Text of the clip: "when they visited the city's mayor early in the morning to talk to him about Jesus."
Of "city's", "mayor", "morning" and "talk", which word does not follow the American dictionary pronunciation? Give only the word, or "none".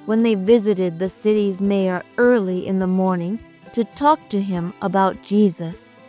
none